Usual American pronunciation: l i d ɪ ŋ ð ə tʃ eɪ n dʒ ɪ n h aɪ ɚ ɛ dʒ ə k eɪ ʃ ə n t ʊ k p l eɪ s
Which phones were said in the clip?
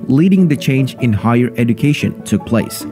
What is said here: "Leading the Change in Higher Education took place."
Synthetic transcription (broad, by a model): l i d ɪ ŋ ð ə tʃ eɪ n dʒ ɪ n h aɪ ɚ ɛ dʒ ə k eɪ ʃ ə n t ʊ k p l eɪ s